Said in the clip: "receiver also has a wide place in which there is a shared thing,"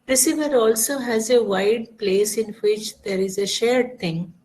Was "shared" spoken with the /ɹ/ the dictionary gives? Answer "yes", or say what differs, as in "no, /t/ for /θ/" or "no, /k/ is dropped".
yes